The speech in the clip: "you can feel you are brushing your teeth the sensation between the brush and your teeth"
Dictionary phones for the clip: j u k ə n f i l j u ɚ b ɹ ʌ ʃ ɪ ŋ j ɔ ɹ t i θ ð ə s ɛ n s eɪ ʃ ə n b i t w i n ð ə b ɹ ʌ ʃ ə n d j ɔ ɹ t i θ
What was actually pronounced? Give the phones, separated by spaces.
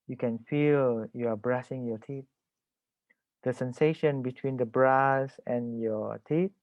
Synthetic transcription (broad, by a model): j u k ə n f i l j u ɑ b ɹ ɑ s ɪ ŋ j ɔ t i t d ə s ɛ n s eɪ ʃ ə n b i t w i n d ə b ɹ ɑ s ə n j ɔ t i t